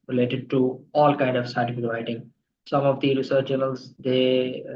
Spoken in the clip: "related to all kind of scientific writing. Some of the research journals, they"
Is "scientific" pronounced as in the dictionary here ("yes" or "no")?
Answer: no